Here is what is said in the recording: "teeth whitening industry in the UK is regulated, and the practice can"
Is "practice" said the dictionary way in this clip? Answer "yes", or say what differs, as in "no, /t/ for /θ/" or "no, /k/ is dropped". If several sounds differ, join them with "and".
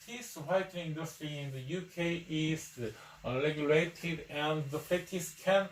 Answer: no, /k/ is dropped